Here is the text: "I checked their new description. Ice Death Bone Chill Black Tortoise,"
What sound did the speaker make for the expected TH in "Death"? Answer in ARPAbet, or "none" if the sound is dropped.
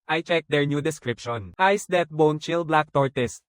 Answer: T